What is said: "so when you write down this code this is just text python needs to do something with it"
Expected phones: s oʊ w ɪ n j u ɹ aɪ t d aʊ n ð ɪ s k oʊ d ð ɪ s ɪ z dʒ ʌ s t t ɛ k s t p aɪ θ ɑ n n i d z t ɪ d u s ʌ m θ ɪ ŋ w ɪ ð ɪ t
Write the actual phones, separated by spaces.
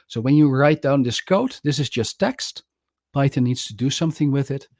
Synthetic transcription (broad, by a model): s oʊ w ɪ n j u ɹ aɪ t d aʊ n ð ɪ s k oʊ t ð ɪ s ɪ z dʒ ʌ s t t ɛ k s t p aɪ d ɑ n n i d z t ɪ d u s ʌ m θ ɪ ŋ w ɪ ð ɪ t